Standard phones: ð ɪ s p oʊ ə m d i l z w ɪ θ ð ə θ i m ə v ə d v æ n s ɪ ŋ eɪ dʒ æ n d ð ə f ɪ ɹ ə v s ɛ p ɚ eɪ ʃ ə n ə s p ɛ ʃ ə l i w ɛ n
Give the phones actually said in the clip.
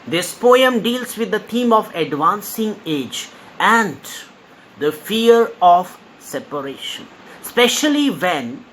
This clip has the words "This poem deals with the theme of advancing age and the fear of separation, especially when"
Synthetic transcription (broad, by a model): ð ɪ s p oʊ ə m d i l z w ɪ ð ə t i m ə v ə d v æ n s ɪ ŋ eɪ dʒ æ n d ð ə f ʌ ɹ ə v s ɛ p ɚ eɪ ʃ ə n s p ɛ ʃ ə l i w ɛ n